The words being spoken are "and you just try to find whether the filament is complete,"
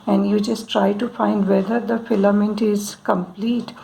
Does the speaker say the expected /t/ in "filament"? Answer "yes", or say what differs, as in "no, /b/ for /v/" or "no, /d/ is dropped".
yes